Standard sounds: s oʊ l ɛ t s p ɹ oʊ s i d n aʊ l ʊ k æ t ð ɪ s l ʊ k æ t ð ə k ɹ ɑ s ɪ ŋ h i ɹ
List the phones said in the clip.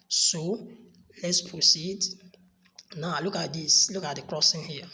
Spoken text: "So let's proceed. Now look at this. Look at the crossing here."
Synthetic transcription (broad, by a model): s oʊ l ɛ t s p ɹ oʊ s i d n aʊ l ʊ k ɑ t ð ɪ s l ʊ k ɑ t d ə k ɹ ɑ s ɪ ŋ h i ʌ